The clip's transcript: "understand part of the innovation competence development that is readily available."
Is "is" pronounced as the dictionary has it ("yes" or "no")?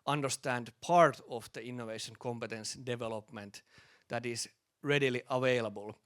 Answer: no